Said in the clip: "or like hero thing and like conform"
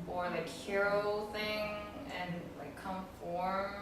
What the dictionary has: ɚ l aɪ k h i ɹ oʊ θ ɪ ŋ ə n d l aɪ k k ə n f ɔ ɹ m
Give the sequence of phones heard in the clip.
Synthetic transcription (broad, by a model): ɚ l aɪ k h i ɹ oʊ θ ɪ ŋ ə n l aɪ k k ə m f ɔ ɹ